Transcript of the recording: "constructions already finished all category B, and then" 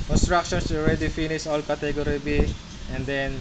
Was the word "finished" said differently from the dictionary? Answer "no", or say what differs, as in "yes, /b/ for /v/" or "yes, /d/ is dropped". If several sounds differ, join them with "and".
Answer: yes, /t/ is dropped